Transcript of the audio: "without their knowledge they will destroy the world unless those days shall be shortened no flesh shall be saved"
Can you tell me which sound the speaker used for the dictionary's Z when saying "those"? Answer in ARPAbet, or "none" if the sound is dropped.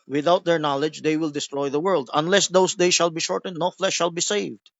S